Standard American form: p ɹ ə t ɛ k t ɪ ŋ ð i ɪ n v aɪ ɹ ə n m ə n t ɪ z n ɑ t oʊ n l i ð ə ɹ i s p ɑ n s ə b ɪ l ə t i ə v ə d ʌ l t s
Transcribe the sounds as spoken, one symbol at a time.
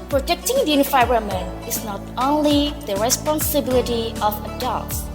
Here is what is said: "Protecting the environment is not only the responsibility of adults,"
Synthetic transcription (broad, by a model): p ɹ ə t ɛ k t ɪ ŋ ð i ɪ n f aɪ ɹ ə m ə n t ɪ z n ɑ t oʊ n l i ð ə ɹ i s p ɑ n s ə b ɪ l ə t i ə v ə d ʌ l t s